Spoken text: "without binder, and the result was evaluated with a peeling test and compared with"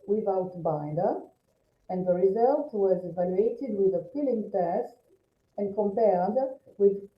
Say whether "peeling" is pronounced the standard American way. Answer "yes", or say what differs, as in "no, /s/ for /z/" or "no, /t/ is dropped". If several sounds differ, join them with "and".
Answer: no, /f/ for /p/